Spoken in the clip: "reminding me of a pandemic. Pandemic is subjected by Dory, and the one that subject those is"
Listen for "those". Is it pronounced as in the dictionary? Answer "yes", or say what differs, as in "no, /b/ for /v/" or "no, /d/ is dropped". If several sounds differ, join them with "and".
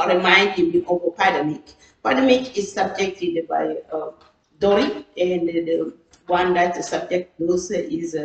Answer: no, /s/ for /z/